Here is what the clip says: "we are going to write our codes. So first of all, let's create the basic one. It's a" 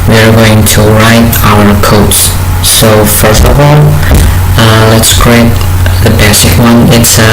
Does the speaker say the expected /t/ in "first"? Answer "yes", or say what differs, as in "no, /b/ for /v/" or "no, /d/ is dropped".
yes